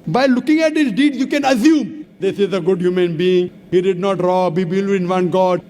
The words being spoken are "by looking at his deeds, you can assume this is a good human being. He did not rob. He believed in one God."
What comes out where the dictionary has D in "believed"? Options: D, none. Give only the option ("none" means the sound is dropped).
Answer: none